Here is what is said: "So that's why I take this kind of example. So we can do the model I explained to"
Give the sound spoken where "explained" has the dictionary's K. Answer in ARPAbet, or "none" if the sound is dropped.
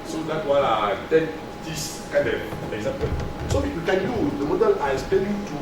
none